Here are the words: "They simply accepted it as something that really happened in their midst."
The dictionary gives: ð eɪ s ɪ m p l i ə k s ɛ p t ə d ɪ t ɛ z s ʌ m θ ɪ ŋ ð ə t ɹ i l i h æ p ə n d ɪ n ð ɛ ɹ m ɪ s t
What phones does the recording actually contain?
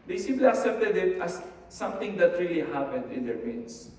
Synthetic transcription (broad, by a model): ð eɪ s ɪ m p l i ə s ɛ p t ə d ɪ t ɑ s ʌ m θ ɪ ŋ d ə t ɹ i l i h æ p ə n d ɪ n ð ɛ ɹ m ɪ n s